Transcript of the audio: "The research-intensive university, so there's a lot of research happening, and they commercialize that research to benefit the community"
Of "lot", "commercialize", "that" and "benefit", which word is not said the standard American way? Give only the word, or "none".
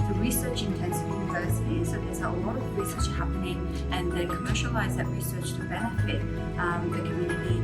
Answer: none